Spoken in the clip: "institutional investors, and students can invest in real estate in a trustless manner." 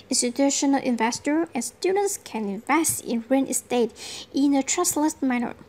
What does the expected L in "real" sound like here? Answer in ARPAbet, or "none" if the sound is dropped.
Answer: N